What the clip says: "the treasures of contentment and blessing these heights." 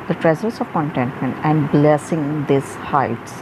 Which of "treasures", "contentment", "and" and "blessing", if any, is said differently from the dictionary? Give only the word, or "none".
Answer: treasures